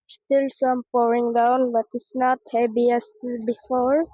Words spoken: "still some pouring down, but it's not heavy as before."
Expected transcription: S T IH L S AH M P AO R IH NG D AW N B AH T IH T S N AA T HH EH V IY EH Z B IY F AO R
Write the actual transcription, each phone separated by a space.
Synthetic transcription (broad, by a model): S T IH L S AH M P AO R IH NG D AW N B AH T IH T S N AA T HH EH B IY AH S B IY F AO R